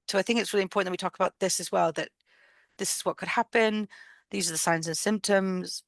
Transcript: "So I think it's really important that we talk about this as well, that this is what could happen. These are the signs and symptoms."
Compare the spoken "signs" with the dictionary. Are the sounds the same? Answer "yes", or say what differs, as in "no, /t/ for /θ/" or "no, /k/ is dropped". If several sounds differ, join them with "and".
yes